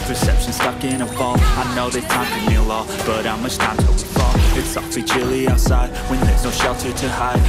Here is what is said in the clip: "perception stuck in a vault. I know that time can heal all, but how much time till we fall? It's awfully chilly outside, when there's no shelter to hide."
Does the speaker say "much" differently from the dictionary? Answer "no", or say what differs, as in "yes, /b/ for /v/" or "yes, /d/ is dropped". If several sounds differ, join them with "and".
yes, /s/ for /tʃ/